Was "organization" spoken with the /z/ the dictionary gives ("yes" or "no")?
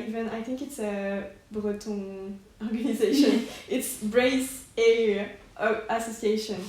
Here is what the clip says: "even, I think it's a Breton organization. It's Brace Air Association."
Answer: yes